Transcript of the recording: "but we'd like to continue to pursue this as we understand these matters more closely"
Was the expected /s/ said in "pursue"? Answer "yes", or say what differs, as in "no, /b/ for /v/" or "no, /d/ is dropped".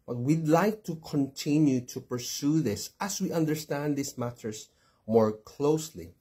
yes